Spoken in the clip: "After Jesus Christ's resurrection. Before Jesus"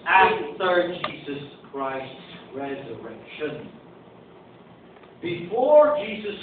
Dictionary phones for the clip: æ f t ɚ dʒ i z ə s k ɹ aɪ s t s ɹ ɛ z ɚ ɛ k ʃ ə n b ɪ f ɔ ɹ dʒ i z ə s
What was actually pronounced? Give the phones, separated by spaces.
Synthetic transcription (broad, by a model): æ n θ ɚ dʒ i z ə s k ɹ aɪ s t s ɹ ɛ z ɚ ɛ k ʃ ə n b ɪ f ɔ ɹ dʒ i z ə s